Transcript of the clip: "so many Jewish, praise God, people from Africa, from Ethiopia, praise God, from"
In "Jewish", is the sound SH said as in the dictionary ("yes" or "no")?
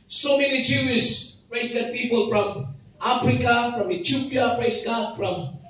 no